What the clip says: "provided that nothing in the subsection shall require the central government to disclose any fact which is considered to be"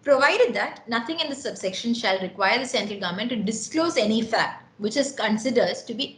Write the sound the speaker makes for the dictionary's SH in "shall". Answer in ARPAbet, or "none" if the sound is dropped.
SH